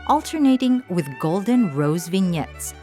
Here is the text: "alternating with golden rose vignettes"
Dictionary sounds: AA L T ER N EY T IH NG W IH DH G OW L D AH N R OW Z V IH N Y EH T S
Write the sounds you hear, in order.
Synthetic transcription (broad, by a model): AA L T ER N EY T IH NG W IH DH G OW L D AH N R OW Z V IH N Y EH T S